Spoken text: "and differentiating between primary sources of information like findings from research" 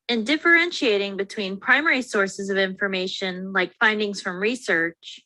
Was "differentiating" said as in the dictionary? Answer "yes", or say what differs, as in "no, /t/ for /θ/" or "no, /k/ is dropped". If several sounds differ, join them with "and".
yes